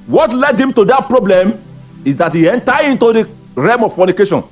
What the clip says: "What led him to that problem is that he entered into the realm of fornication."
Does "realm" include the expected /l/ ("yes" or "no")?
no